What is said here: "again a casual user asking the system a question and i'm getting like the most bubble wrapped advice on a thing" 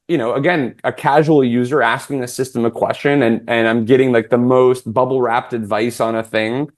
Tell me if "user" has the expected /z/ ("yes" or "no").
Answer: yes